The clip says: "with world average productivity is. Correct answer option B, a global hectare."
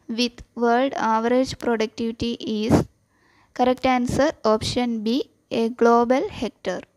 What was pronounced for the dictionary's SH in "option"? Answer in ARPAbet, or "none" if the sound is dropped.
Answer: SH